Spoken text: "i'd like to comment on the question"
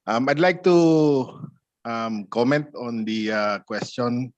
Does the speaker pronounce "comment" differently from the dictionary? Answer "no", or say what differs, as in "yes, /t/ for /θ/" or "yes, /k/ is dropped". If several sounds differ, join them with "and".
no